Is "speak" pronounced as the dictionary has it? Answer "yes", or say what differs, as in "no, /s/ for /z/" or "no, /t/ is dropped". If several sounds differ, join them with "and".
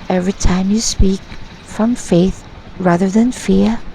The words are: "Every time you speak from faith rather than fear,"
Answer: yes